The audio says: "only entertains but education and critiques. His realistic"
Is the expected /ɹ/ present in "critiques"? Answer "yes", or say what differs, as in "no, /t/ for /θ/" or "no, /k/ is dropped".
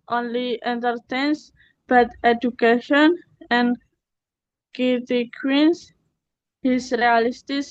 no, /ɹ/ is dropped